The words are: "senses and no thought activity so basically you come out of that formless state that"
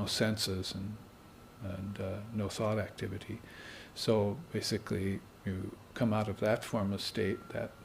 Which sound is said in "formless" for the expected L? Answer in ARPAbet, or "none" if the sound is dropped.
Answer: none